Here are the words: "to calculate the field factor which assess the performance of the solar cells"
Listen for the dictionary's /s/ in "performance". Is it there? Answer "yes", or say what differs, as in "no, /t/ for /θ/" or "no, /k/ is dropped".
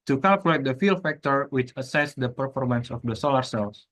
yes